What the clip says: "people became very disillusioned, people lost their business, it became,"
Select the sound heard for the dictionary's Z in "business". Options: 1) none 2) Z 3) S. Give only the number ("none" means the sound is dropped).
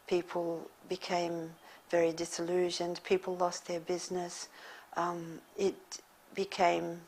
2